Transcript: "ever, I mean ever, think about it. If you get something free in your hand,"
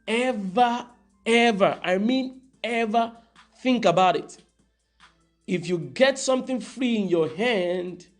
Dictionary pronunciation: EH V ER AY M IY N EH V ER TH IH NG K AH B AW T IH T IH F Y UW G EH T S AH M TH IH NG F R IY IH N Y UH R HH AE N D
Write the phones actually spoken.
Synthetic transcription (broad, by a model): EH V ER AY M IY N EH V ER TH IH NG K AH B AW T IH T IH F Y UW G EH T S AH M TH IH NG F R IY IH N Y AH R HH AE N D